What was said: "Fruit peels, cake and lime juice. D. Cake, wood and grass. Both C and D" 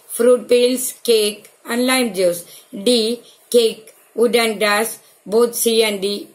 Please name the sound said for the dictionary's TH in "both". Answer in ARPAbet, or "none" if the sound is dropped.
T